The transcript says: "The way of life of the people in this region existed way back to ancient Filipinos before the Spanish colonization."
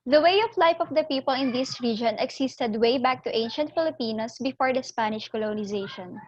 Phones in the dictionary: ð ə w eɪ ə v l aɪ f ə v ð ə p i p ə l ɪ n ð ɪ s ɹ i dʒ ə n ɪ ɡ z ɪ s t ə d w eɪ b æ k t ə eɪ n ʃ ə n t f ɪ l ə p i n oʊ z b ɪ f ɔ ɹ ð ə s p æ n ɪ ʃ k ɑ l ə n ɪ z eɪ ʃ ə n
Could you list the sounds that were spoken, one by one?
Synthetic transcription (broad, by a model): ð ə w eɪ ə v l aɪ f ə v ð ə p i p ə l ɪ n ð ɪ s ɹ i dʒ ə n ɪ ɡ s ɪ s t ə d w eɪ b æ k t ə eɪ n ʃ ə n t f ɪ l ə p i n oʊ s b ɪ f ɔ ɹ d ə s p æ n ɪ ʃ k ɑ l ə n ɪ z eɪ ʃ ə n